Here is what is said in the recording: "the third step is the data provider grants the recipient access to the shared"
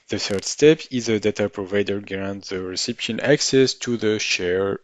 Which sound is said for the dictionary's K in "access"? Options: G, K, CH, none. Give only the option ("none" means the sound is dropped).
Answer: K